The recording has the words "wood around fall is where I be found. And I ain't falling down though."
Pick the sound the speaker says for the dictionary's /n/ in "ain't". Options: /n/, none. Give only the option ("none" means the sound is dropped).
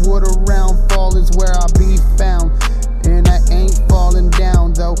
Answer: /n/